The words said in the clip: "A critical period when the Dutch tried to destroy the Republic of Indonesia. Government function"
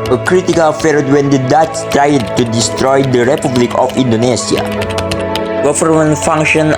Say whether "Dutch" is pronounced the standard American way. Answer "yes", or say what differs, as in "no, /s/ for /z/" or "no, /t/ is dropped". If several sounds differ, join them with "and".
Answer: no, /s/ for /tʃ/